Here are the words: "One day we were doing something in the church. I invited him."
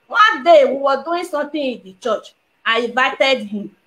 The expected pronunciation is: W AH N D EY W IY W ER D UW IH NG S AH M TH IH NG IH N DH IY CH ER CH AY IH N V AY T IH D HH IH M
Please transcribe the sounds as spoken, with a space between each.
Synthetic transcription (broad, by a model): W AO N D EY W IY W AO D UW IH S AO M T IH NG IH N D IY CH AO CH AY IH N V AY T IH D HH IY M